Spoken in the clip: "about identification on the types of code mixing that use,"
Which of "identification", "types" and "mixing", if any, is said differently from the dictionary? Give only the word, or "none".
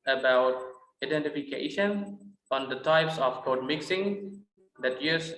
none